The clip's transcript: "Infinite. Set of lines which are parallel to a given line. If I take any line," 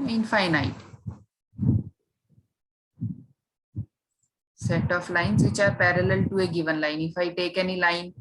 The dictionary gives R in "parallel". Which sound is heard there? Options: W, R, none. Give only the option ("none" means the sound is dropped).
R